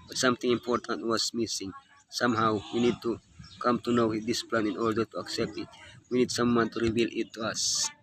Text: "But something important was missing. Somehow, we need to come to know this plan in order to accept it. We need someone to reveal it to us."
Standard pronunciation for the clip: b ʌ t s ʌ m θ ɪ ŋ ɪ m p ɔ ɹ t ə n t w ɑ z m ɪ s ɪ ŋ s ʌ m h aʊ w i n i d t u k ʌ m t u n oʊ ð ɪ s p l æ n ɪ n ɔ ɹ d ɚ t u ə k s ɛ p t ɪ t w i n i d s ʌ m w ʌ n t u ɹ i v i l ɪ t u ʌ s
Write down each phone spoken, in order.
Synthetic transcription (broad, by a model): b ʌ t s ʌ m t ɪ ŋ ɪ m p ɔ ɹ t ə n t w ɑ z m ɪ s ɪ ŋ s ʌ m h aʊ w i n i d t u k ʌ m t u n oʊ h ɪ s p l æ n ɪ n ɔ ɹ d ɚ t u ə k s ɛ p t ɪ t w i n i d s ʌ m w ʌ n t u ɹ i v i l ɪ t u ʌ s